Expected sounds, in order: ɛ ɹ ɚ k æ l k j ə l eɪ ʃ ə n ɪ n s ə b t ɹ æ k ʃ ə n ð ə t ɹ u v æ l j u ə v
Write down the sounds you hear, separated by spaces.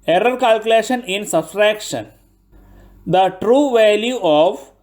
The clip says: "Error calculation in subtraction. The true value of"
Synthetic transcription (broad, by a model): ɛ ɹ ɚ k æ l k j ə l eɪ ʃ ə n ɪ n s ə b s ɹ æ k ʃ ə n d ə t ɹ u v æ l j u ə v